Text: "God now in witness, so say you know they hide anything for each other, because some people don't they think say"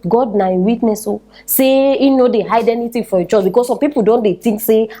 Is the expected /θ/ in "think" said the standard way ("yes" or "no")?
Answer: no